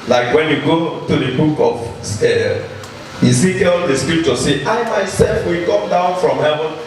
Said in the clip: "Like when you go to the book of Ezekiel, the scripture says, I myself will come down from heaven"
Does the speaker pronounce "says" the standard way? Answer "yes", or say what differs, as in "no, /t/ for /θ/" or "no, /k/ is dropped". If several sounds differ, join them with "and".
no, /z/ is dropped